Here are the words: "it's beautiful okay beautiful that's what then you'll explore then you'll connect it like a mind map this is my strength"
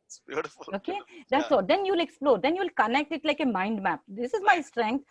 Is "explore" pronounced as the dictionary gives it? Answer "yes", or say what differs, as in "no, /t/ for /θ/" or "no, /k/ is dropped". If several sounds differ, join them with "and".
yes